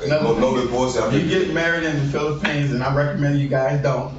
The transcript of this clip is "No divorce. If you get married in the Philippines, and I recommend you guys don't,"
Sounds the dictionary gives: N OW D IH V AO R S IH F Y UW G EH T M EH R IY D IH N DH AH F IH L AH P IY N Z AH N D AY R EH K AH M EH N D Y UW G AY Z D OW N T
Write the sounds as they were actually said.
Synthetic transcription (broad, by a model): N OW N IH B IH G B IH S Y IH G EH T M EH R IY D IH N DH AH F IH L AH P IY N Z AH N AY R EH K AH M EH N D Y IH G AY Z D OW N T